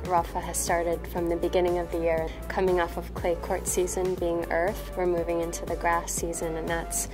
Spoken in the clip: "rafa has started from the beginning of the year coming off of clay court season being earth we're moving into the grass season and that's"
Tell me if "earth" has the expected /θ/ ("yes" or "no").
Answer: yes